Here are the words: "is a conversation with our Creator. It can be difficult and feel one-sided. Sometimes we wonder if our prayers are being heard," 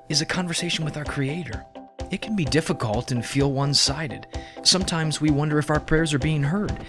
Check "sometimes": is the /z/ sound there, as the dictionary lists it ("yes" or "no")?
yes